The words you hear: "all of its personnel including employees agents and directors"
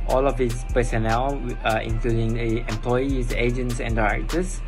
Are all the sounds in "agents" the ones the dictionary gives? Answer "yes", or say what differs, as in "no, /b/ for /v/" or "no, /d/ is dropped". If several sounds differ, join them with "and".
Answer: yes